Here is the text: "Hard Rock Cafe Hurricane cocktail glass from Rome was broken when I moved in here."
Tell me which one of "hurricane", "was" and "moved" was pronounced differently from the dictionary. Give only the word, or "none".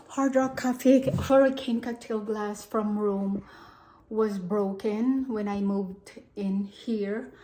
none